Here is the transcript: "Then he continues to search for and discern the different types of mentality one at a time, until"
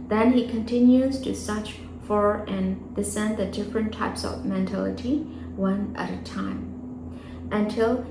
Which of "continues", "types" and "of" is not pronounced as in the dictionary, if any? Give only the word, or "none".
none